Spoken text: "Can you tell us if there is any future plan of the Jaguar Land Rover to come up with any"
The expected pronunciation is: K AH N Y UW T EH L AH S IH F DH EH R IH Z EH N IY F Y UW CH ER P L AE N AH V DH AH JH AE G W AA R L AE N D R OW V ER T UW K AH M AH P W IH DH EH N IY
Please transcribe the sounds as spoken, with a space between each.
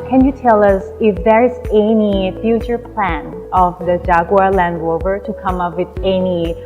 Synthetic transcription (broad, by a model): K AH N Y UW T EH L AH S IH F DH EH R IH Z EH N IY F Y UW CH ER P L AE N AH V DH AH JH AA G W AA L AE N D L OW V ER T UW K AH M AH P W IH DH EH N IY